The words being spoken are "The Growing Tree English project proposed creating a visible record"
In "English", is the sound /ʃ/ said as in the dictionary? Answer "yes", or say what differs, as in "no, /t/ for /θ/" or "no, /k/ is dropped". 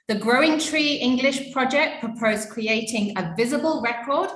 yes